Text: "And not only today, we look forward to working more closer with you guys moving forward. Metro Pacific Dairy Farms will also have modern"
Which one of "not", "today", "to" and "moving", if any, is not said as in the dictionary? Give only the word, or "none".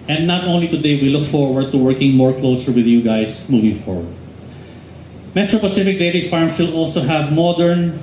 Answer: none